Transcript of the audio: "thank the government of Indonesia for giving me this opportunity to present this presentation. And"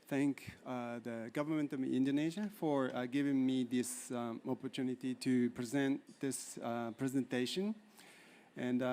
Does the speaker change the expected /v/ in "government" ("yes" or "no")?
no